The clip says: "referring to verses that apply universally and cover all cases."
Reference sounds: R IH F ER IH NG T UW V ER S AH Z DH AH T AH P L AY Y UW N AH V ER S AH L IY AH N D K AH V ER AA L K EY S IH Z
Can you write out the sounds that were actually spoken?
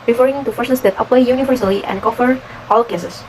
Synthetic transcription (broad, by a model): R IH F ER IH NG T UW F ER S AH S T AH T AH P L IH Y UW N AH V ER S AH L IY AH N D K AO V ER AA L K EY S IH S